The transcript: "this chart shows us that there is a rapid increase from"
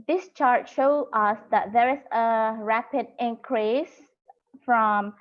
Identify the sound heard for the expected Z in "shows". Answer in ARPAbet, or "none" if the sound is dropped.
none